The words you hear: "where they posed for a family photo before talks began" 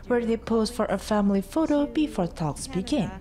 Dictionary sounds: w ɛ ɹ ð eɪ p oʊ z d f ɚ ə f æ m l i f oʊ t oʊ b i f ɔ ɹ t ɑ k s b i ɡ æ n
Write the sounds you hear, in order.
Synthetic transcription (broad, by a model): w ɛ ɹ ð eɪ p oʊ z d f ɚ ə f æ m l i f oʊ t oʊ b i f ɔ ɹ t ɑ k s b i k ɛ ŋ